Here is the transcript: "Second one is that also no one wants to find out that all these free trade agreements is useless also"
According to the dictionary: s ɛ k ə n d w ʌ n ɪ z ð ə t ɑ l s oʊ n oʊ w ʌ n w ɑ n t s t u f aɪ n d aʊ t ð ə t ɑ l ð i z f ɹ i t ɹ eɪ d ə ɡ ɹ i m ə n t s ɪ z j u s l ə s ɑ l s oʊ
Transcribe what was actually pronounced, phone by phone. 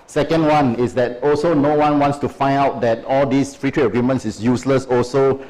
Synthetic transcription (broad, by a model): s ɛ k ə n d w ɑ n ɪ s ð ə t ɑ l s oʊ n oʊ w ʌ n w ɑ n t s t u f aɪ n d aʊ t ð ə t ɑ l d i s f ɹ i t ɹ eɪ ə ɡ ɹ i m ə n t s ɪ s j u s l ə s ɑ l s oʊ